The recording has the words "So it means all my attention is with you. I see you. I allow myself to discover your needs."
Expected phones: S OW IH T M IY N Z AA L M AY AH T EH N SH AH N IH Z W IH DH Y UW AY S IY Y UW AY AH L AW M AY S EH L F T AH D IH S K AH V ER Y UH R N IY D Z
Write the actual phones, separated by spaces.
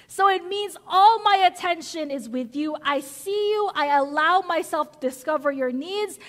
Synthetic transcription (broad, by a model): S OW IH T M IY N Z AA L M AY AH T EH N SH AH N IH Z W IH DH Y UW AY S IY Y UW AY AH L AW M AY S EH L F T AH D IH S K AH V ER Y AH R N IY D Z